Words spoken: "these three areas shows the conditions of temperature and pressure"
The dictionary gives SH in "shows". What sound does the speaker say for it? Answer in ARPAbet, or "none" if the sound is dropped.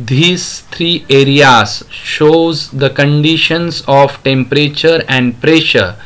SH